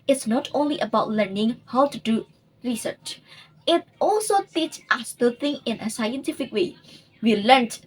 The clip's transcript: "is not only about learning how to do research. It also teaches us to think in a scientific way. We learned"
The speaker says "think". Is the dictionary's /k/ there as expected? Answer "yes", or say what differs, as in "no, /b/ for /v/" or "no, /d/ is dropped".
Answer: no, /k/ is dropped